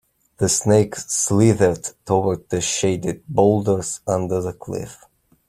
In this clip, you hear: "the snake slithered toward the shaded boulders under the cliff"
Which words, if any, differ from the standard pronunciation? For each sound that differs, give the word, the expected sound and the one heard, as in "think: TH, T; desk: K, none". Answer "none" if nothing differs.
none